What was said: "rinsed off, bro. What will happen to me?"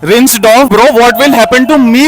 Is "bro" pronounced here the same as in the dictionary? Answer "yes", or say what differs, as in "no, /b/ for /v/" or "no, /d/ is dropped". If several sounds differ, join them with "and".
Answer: yes